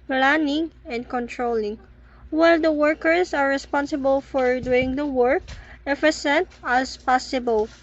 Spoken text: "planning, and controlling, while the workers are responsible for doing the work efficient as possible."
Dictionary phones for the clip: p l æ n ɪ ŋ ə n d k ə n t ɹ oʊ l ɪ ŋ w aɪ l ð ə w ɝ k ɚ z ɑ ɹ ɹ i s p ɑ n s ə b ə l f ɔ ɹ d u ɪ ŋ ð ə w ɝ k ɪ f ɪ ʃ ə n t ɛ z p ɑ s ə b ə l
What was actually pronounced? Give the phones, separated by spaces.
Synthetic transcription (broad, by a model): p l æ n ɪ ŋ ə n d k ə n t ɹ oʊ l ɪ ŋ w aɪ l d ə w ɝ k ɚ s ɑ ɹ ɹ i s p ɑ n s ə b ə l f ɔ ɹ d u ɪ ŋ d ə w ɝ k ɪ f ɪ s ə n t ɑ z p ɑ s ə b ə l